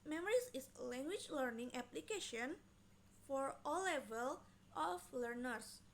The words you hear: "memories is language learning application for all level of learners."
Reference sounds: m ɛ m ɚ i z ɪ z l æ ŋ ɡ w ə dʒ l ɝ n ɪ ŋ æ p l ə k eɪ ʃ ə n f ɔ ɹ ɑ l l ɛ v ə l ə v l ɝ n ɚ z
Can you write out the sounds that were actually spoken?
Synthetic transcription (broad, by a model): m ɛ m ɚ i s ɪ s l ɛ ŋ ɡ w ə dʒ l ɝ n ɪ ŋ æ p l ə k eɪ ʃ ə n f ɔ ɹ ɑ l l ɛ v ə l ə f l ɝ n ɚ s